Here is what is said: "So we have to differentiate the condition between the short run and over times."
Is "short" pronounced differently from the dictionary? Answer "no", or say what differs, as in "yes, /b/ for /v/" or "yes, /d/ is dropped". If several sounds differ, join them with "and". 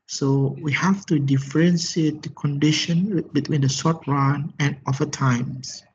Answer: yes, /s/ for /ʃ/